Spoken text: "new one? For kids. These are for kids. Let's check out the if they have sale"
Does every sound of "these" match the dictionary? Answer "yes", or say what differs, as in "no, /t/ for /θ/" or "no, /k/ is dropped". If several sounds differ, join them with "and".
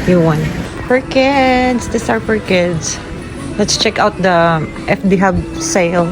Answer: no, /s/ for /z/